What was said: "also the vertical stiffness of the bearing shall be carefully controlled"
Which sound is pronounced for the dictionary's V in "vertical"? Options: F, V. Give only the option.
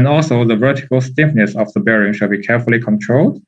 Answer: V